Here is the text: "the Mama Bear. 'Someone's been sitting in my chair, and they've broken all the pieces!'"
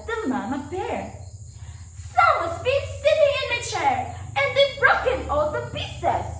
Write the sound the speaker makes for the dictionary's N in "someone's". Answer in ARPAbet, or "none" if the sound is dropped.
none